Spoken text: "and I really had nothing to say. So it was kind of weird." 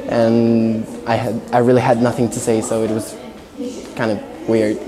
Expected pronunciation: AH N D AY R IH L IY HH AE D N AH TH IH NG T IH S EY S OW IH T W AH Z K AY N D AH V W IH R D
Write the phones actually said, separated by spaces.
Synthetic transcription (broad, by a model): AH N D AY R IH L IY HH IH D N AH TH IH NG T IH S EY S OW IH T W AH Z K AY N D AH V W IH R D